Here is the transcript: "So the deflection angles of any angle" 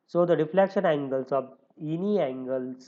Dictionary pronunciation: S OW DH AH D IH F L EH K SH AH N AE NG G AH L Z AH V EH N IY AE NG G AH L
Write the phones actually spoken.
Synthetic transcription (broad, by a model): S OW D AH D IH F L EH K SH AH N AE NG G AH L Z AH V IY N IY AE NG G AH L